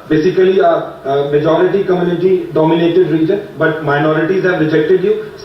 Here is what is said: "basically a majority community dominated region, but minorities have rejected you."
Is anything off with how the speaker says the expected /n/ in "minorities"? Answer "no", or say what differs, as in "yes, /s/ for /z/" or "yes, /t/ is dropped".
no